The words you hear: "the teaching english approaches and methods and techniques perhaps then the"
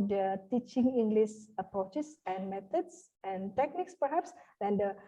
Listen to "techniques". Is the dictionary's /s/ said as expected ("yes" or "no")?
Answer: yes